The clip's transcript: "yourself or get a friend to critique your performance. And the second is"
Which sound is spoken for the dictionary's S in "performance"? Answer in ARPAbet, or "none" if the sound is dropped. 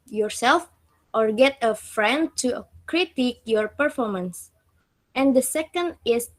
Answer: S